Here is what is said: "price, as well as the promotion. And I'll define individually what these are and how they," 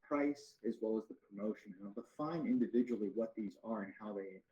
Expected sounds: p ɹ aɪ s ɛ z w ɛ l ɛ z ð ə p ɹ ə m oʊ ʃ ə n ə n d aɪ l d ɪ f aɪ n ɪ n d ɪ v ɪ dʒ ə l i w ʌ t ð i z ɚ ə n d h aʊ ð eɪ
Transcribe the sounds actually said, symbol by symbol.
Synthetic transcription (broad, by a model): p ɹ aɪ s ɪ z w ɛ l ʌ z ð ə p ɹ ə m oʊ ʃ ə n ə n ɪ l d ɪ f aɪ n ɪ n d ɪ v ɪ dʒ ə l i w ʌ t ð i z ɚ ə n h aʊ ð eɪ